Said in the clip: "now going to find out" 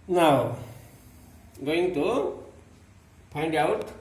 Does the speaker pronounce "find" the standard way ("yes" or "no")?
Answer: no